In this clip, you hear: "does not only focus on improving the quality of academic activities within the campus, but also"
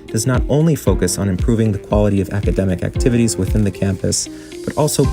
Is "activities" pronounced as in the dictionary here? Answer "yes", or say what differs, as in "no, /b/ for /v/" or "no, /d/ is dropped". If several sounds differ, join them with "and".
yes